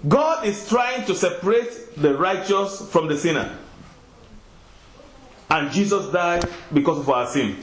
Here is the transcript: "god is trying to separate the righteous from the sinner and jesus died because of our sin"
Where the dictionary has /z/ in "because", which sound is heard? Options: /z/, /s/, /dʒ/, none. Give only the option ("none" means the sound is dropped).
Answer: /s/